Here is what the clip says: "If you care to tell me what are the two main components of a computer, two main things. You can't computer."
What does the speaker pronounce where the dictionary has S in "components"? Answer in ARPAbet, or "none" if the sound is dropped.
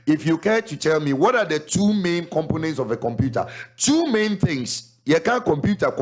S